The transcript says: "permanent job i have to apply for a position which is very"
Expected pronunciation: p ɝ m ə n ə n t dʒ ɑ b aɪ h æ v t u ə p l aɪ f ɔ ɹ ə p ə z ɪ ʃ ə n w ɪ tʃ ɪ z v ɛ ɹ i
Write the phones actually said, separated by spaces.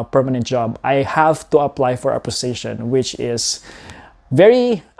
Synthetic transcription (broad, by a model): p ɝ m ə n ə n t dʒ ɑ b aɪ h æ v t u ə p l aɪ f ɔ ɹ ə p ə s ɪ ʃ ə n w ɪ tʃ ɪ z v ɛ ɹ i